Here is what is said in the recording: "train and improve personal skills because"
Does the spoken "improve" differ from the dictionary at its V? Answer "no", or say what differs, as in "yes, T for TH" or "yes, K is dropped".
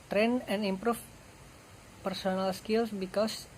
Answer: yes, F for V